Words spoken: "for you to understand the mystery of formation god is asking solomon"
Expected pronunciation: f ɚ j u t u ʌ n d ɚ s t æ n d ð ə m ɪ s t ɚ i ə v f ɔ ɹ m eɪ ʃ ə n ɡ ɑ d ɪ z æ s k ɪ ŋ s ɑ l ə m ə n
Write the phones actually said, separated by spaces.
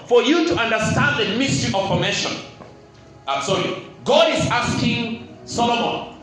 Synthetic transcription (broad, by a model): f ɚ j u t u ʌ n d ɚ s t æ n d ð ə m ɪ s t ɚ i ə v p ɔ m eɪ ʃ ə n ɡ ɑ d ɪ z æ s k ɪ ŋ s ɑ l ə m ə n